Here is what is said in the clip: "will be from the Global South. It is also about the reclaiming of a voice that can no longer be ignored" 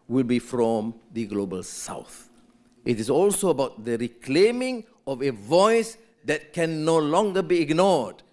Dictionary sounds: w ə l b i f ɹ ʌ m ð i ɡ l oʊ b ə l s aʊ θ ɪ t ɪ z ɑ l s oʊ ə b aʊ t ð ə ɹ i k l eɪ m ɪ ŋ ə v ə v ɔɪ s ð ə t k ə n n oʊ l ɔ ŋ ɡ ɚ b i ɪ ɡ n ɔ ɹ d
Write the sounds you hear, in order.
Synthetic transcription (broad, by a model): w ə l b i f ɹ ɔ m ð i ɡ l oʊ b ə l s aʊ θ ɪ t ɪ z ɑ l s oʊ ə b aʊ t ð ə ɹ i k l eɪ m ɪ ŋ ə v ə v ɔɪ s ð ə t k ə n n oʊ l ɔ ŋ ɡ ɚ b i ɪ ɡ n ɔ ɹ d